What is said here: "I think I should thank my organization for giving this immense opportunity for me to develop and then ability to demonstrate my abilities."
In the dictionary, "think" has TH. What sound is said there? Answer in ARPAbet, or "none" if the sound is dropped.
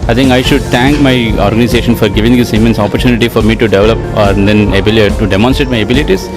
T